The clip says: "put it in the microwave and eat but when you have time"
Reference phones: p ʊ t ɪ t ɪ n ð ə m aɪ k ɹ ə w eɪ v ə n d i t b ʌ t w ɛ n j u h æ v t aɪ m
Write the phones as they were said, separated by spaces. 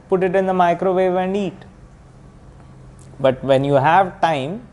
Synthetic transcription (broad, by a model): p ʊ t ɪ t ɪ n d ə m aɪ k ɹ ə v eɪ v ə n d i t b ʌ t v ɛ n j u h æ v t aɪ m